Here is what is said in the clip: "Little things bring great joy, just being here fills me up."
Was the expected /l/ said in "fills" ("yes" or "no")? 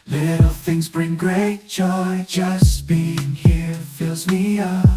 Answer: yes